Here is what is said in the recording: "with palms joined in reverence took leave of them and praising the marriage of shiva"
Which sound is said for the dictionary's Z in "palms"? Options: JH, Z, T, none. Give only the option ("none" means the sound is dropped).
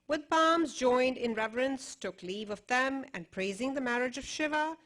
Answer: Z